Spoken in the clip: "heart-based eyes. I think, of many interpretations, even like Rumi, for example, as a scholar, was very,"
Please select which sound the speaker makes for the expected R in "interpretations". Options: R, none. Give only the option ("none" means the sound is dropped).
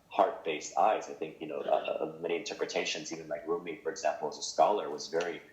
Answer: R